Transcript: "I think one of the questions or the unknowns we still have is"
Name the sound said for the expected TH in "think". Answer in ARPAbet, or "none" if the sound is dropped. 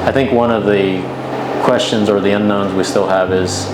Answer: TH